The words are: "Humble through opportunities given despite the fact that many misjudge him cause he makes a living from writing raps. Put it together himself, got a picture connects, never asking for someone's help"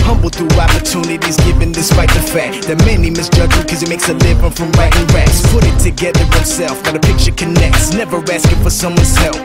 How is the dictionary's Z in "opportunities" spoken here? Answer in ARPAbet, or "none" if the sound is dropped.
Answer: Z